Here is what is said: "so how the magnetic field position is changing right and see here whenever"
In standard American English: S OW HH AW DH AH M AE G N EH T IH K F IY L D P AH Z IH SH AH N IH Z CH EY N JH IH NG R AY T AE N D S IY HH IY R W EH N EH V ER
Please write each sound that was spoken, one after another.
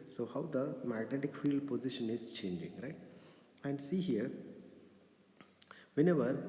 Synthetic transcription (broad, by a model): S OW HH AW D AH M AE G N EH T IH K F IY L D P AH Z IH SH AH N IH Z CH EY N JH IH NG R AY T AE N D S IY HH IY R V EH N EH V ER